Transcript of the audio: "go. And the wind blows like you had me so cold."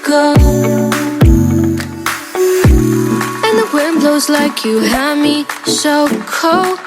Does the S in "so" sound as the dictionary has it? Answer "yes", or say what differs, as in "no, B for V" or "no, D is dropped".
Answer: no, SH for S